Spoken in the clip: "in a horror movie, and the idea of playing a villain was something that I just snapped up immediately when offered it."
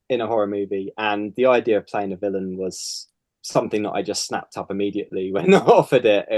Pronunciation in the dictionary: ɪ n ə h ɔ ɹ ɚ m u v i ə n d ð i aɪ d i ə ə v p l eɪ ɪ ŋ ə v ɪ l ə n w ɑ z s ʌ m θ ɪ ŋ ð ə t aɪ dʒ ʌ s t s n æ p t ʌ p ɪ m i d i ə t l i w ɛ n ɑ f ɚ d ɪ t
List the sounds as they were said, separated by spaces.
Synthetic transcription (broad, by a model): ɪ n ə h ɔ ɹ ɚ m u v i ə n ð i aɪ d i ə ə v p l eɪ ɪ ŋ ə v ɪ l ə n w ɑ z s ʌ m θ ɪ ŋ ð ə t aɪ dʒ ʌ s t s n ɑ p t ʌ p ɪ m i d i ə t l i w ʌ n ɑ f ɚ d ɪ t